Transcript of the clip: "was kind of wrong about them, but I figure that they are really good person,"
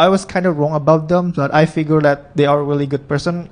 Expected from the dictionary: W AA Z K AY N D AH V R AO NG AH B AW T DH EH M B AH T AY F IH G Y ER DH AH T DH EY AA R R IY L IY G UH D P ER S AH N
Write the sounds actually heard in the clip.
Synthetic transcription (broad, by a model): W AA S K AY N D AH R AO NG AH B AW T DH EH M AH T AY F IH G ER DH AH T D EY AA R R IY L IY G UH D P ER S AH N